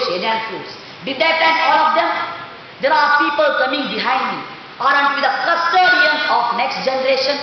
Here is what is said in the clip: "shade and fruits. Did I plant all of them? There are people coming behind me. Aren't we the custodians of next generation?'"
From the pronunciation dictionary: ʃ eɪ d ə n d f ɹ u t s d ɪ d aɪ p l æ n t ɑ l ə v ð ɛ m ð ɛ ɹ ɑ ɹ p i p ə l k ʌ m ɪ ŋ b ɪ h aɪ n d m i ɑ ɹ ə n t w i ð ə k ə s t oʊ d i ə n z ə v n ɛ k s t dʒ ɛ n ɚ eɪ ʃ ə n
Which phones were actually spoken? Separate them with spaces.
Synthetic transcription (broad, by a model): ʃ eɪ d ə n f u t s d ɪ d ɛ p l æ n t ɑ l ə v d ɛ m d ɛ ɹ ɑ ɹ p i p ə l k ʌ m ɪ ŋ b ɪ h aɪ n d m i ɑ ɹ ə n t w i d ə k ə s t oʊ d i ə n ə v n ɛ k s t dʒ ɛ n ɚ eɪ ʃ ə n